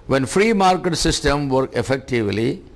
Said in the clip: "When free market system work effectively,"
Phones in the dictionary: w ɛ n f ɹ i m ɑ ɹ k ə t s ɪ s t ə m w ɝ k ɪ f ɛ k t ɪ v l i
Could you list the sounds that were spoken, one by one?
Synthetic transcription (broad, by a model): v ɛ n f ɹ i m ɑ ɹ k ə t s ɪ s t ə m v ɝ k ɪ f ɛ k t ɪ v l i